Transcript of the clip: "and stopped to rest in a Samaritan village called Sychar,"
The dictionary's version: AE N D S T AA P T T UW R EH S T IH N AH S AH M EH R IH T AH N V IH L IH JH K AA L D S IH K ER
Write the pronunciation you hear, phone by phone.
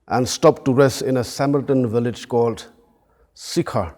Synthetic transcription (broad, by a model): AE N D S T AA P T T UW R EH S T IH N AH S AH M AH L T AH N V IH L IH JH K AA L D S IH K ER